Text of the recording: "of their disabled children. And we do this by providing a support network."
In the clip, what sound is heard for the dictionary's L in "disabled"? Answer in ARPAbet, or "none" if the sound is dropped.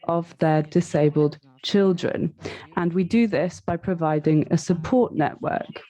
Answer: L